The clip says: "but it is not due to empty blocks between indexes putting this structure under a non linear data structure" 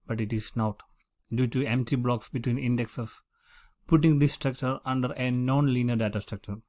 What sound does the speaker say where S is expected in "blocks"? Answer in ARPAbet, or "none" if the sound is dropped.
S